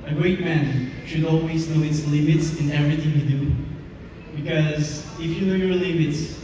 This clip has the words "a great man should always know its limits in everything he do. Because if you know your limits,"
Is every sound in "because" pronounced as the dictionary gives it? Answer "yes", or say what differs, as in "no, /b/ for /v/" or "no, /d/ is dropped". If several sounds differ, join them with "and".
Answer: yes